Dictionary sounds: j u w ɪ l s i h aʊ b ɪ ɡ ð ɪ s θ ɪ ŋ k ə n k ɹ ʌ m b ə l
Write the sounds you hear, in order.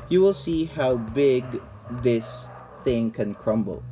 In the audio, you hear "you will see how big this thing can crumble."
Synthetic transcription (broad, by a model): j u w ɪ l s i h aʊ b ɪ ɡ ð ɪ s θ ɪ ŋ k ə n k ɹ ʌ m b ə l